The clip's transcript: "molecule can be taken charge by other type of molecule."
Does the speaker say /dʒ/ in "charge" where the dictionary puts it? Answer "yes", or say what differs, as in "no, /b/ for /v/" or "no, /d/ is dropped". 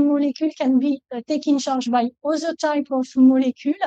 no, /ʒ/ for /dʒ/